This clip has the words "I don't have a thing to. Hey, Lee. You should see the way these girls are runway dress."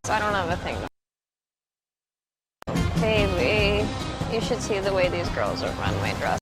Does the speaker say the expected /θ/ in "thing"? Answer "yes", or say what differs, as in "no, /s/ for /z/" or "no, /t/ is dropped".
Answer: yes